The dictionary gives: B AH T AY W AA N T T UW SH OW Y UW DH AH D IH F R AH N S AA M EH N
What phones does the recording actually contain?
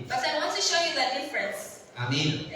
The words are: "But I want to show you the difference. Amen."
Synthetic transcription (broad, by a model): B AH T AY W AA N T T UW SH OW Y UW DH AH D IH F R AH N S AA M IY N